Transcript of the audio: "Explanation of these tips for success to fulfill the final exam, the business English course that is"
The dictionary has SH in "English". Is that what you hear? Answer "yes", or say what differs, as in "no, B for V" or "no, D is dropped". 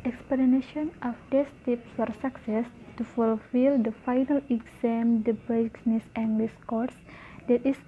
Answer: no, S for SH